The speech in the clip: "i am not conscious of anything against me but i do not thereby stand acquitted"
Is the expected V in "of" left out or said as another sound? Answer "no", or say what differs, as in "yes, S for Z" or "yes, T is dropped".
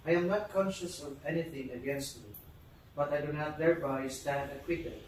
no